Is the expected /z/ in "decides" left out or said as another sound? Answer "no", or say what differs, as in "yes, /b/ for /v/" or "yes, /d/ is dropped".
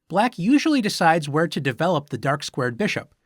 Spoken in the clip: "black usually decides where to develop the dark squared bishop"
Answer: no